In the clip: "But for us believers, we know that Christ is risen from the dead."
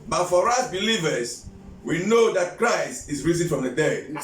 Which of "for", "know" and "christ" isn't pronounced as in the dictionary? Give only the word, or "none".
none